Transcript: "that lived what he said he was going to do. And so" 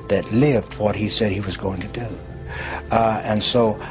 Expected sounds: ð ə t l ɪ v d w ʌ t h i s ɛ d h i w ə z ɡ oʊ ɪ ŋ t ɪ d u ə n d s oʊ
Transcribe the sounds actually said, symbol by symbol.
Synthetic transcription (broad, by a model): ð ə t l ɪ v d w ʌ t h i s ɛ d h i w ə z ɡ oʊ ɪ ŋ t ɪ d u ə n s oʊ